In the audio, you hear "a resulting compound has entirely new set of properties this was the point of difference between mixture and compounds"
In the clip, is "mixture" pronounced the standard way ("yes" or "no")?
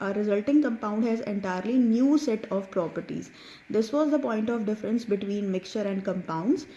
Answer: yes